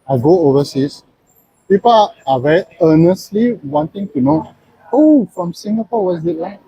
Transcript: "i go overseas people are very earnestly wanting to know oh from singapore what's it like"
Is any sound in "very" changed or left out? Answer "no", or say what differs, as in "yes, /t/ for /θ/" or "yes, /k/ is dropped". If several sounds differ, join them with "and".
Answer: yes, /ɹ/ is dropped